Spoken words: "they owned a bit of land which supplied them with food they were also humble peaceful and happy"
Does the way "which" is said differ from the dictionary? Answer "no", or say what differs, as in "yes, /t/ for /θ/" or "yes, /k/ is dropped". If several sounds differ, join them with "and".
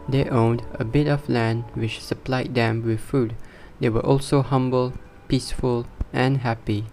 no